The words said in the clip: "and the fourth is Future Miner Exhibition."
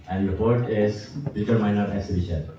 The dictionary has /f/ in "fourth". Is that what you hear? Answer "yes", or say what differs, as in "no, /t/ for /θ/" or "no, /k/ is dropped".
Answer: no, /p/ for /f/